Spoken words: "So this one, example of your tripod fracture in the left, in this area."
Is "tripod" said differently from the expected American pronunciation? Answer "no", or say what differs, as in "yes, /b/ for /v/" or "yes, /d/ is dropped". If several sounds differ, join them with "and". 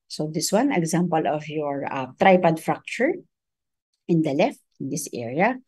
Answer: no